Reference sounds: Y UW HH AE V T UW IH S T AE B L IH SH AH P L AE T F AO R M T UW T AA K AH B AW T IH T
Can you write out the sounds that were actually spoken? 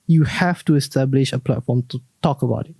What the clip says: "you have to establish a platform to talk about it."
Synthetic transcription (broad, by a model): Y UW HH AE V T UW IH S T AE B L IH SH AH P L AE T F AO R M T UW T AA K AH B AW T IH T